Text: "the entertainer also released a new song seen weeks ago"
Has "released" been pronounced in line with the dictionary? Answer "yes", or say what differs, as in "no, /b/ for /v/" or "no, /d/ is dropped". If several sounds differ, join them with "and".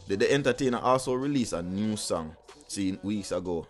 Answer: no, /t/ is dropped